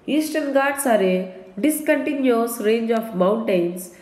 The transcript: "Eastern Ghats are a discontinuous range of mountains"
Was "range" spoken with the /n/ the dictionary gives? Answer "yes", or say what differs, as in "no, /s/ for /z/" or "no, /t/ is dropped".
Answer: yes